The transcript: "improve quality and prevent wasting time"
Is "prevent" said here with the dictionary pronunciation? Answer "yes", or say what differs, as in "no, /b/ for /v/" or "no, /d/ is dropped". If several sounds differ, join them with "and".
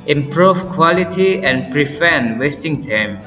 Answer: no, /f/ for /v/